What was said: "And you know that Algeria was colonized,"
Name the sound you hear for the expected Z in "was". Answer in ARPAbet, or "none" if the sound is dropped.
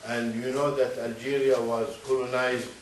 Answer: Z